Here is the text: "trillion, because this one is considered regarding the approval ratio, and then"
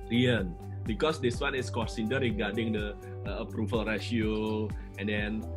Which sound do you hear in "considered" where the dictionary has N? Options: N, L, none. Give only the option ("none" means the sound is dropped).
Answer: none